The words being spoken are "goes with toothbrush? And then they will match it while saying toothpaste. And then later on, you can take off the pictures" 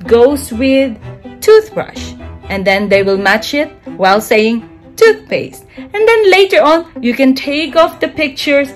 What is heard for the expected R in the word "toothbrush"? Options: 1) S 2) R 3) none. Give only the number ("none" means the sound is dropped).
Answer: 2